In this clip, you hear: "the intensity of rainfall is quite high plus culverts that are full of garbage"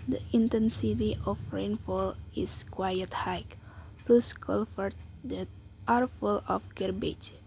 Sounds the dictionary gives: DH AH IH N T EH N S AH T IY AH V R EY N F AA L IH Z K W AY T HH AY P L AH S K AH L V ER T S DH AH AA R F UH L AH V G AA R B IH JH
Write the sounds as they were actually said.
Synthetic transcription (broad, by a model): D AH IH N T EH N S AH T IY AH F R EY N F AA L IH S K W AY T HH AY P L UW S K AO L F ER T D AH AA R F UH L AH F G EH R B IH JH